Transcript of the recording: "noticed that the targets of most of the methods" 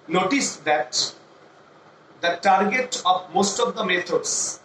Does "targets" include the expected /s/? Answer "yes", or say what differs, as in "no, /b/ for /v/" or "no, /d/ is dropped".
no, /s/ is dropped